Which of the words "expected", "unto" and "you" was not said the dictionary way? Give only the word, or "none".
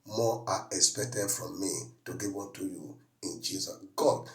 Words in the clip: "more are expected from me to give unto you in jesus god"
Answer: unto